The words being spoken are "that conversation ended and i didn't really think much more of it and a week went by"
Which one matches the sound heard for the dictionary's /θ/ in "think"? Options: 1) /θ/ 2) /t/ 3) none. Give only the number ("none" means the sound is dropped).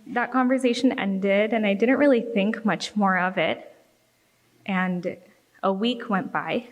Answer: 1